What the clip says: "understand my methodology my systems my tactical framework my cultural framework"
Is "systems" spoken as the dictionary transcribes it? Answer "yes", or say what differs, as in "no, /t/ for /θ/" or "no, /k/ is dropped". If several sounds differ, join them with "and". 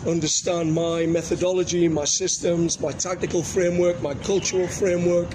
yes